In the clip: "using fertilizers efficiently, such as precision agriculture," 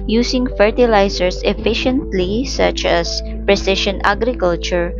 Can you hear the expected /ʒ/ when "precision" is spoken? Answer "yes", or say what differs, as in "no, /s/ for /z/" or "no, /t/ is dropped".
no, /ʃ/ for /ʒ/